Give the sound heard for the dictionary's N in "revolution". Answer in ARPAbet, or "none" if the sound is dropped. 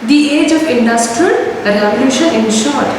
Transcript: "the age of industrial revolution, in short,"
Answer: none